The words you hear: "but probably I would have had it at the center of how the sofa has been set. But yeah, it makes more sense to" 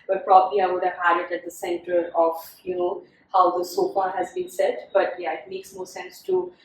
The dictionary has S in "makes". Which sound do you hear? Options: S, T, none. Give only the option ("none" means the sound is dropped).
S